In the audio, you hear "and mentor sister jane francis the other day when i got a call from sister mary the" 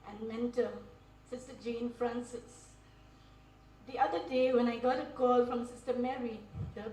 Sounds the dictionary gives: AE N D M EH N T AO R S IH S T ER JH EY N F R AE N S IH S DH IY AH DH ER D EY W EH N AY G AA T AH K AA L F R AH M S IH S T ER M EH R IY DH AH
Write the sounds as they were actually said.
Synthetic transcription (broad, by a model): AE N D M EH N T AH L S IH S T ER JH EY N F R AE N S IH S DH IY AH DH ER D EY W EH N AY G AA T AH K AA L F R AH M S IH S T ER M EH R IY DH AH